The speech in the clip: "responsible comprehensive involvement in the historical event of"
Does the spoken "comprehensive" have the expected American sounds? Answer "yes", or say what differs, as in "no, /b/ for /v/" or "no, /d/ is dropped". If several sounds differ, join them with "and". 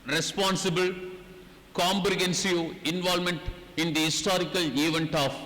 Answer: no, /b/ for /p/